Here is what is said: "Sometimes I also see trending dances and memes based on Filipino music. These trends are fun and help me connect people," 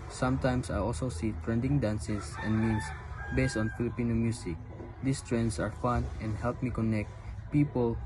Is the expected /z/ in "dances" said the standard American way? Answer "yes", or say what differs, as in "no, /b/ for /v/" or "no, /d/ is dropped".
no, /s/ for /z/